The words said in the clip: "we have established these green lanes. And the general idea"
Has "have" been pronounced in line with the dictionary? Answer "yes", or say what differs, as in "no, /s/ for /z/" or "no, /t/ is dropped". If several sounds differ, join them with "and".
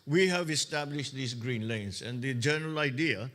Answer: yes